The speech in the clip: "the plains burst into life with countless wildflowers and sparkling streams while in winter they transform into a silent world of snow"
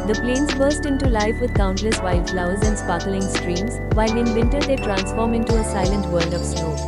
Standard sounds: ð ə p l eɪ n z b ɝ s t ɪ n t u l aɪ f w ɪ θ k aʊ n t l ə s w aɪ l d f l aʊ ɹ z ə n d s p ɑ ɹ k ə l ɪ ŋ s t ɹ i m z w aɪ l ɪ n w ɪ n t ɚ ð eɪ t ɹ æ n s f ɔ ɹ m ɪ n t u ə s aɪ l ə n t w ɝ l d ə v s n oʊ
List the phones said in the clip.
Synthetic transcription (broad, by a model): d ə p l eɪ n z b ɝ s t ɪ n t u l aɪ f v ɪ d k aʊ n t l ə s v aɪ l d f l aʊ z ə n d s p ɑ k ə l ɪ ŋ s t ɹ i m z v aɪ l ɪ n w ɪ n t ɚ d eɪ t ɹ æ n s f ɔ ɹ m ɪ n t u ə s aɪ l ə n t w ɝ l d ə v s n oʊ